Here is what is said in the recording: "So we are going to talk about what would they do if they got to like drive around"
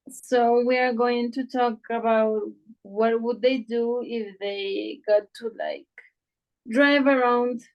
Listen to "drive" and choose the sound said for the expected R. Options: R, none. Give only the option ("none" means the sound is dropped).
R